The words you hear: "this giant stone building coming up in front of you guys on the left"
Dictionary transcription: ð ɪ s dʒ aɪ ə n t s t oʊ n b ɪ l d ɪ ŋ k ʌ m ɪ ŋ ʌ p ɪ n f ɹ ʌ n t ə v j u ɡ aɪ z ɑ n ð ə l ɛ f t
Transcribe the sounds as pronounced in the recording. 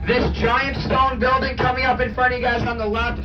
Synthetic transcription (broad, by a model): ð ɪ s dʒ aɪ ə n t s t oʊ n b ɪ l d ɪ ŋ k ʌ m ɪ ŋ ʌ p ɪ n f ɹ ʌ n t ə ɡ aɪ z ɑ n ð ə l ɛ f